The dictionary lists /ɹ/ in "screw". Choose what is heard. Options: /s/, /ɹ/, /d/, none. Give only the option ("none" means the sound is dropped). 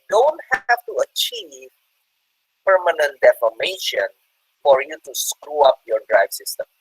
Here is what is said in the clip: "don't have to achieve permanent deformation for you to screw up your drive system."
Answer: /ɹ/